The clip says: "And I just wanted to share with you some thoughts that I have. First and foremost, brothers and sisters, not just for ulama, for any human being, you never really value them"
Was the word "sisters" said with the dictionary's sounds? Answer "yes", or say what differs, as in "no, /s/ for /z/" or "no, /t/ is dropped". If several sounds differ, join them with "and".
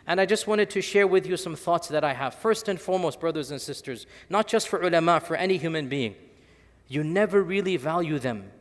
yes